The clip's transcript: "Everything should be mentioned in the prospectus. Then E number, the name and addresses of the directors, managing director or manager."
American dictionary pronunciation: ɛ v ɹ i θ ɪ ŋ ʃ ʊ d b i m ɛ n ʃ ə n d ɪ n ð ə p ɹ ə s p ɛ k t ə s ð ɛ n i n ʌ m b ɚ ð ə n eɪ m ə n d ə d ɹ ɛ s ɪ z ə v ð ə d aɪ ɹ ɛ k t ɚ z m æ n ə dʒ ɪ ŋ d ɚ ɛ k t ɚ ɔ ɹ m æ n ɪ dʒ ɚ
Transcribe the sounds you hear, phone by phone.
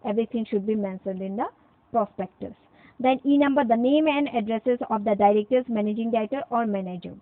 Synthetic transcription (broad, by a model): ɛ v ɹ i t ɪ ŋ ʃ ʊ d b i m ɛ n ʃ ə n d ɪ n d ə p ɹ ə s p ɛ k t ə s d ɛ n i n ʌ m b ɚ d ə n eɪ m ə n d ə d ɹ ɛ s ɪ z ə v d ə d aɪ ɹ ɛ k t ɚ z m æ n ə dʒ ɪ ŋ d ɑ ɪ t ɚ ɔ ɹ m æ n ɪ dʒ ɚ